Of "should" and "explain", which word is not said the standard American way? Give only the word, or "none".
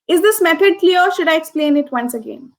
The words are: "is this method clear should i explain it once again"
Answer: none